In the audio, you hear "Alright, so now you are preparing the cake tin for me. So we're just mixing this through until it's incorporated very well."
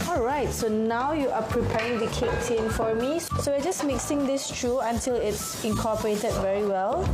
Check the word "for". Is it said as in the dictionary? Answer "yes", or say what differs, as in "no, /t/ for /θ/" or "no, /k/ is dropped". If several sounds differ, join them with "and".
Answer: yes